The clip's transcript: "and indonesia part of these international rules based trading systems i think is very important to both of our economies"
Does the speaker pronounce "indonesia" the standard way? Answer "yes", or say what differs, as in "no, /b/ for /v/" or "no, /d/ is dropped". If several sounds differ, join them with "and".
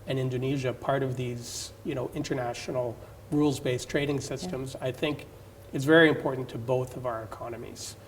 yes